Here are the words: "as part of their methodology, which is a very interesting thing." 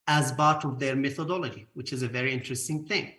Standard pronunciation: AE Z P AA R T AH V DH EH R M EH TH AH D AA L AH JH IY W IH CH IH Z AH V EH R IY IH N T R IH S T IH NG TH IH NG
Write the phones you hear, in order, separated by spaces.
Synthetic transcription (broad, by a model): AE Z B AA R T AH V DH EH R M EH TH AH D AA L AH JH IY W IH CH IH Z AH V EH R IY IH N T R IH S T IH NG TH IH NG